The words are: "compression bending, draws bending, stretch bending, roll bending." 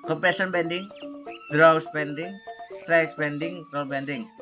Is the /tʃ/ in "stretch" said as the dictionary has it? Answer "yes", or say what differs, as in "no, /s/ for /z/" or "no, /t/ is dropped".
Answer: no, /s/ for /tʃ/